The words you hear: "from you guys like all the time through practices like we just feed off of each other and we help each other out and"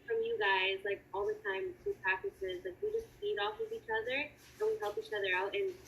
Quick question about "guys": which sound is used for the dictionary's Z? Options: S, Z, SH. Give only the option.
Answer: Z